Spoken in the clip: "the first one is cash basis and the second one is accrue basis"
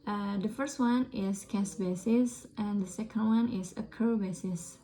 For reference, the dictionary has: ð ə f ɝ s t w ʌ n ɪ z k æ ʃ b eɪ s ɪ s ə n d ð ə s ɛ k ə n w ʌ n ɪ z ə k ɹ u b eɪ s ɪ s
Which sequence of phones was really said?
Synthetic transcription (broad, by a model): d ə f ɝ s t w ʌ n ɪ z k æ s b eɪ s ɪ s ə n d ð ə s ɛ k ə n w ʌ n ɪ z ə k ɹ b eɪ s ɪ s